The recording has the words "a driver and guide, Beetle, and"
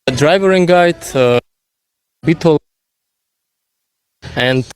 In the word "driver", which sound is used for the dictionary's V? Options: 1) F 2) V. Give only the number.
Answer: 2